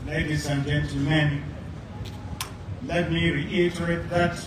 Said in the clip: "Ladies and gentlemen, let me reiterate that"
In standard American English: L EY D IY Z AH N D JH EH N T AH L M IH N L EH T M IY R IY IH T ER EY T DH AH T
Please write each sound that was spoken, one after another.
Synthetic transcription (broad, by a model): L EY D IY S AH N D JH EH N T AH M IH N L EH T M IY R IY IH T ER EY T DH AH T